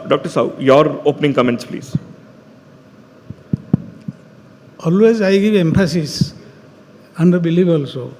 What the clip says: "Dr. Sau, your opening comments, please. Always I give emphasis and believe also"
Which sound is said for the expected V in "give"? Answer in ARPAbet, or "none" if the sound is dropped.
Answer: B